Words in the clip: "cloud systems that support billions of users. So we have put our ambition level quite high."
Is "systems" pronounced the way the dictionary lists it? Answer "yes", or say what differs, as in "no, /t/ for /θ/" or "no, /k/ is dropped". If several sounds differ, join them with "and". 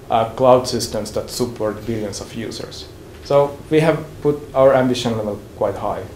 no, /s/ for /z/